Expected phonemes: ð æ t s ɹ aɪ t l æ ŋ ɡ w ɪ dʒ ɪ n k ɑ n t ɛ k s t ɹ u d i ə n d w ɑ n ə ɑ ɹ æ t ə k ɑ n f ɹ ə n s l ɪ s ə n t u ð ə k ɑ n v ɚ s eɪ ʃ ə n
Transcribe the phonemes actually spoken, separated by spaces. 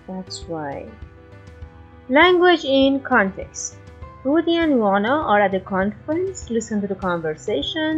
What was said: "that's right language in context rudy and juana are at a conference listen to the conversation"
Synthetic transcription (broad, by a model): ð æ t s w aɪ l æ ŋ ɡ w ɪ dʒ ɪ n k ɑ n t ɛ k s t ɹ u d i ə n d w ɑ n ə ɑ ɹ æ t ə k ɑ n f ɹ ə n s l ɪ s ə n t u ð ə k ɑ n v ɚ s eɪ ʃ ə n